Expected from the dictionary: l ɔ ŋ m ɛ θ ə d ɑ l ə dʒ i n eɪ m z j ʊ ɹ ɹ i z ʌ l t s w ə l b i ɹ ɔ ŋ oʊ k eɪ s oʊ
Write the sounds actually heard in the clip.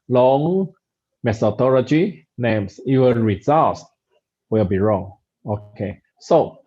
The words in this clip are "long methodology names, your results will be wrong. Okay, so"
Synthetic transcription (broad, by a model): l ɔ ŋ m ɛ s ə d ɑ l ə dʒ i n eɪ m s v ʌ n ɹ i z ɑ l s w ə l b i ɹ ɔ ŋ oʊ k eɪ s oʊ